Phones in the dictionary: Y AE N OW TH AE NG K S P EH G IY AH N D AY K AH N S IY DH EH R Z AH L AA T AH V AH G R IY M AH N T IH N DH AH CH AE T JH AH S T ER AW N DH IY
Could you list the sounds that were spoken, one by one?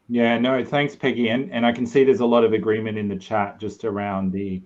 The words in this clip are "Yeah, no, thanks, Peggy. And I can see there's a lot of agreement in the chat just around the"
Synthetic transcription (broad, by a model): Y AE N OW TH AE NG K S P EH G IY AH N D AY K N S IY DH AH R Z AH L AA T AH V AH G R IY M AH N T IH N DH AH CH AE T JH AH S T ER AW N DH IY